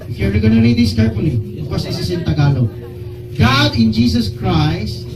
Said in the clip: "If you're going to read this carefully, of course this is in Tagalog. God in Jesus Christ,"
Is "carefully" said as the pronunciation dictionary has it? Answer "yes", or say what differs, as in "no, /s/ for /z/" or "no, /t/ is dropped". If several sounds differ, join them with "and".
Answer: no, /p/ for /f/